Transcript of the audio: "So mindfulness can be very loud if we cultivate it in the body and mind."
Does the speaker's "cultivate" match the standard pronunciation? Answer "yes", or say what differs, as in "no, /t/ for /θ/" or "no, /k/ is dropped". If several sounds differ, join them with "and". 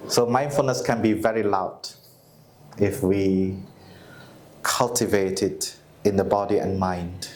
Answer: yes